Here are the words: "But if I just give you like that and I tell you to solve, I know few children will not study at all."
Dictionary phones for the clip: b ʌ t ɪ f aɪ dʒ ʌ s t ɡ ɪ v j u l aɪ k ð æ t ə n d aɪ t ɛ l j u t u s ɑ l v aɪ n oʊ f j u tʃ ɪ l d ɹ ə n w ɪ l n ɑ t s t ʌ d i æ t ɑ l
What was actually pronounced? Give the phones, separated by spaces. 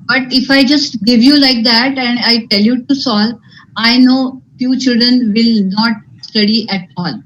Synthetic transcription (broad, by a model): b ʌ t ɪ f aɪ dʒ ʌ s t ɡ ɪ v j u l aɪ k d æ t ə n d aɪ t ɛ l j u t u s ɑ l aɪ n oʊ f j u tʃ ɪ l d ɹ ə n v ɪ l n ɑ t s t ʌ d i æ t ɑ l